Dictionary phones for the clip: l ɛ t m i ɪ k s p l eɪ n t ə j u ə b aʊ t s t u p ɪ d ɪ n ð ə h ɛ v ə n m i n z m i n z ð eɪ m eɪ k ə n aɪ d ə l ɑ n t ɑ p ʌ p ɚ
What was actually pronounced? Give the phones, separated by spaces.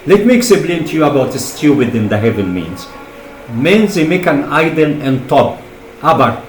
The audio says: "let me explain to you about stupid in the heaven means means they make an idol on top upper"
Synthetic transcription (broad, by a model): l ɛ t m i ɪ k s b l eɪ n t j u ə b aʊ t s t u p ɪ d ɪ n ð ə h ɛ v ə n m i n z m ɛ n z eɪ m eɪ k ə n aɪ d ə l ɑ n t ɑ p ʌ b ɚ